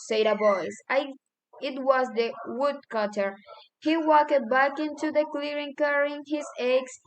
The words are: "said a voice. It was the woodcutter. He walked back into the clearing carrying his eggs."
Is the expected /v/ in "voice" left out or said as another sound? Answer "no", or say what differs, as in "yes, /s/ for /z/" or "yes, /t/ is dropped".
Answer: yes, /b/ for /v/